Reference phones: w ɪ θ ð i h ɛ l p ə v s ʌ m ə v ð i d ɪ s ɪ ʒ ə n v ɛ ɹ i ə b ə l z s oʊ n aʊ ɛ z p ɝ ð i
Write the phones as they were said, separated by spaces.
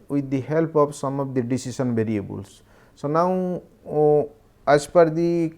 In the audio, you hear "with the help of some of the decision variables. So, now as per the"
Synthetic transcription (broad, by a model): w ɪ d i h ɛ l p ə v s ʌ m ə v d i d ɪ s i s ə n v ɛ ɹ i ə b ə l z s oʊ n aʊ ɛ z p ɝ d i